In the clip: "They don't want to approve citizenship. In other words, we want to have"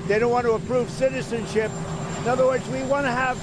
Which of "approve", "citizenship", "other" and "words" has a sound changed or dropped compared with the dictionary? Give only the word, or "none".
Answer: none